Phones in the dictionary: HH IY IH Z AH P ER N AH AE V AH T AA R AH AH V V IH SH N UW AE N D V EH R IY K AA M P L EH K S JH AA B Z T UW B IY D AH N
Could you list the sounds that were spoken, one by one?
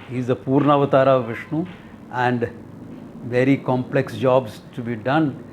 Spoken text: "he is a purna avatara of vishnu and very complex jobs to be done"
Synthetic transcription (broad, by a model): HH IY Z AH P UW N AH V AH T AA R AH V V IH SH N UW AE N D V EH R IY K AA M P L EH K S JH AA B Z T UW B IY D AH N